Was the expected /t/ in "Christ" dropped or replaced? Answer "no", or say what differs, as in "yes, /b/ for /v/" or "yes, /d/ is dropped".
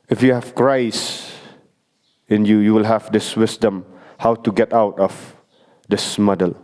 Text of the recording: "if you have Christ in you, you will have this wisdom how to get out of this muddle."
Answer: yes, /t/ is dropped